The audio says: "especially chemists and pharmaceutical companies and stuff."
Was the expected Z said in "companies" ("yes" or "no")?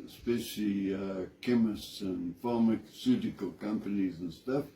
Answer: yes